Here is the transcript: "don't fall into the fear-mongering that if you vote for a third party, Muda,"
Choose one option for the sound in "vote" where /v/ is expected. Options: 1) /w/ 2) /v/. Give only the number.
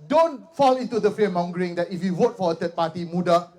1